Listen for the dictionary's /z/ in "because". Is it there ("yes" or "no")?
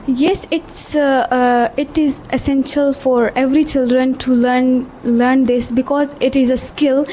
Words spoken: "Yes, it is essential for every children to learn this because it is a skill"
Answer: yes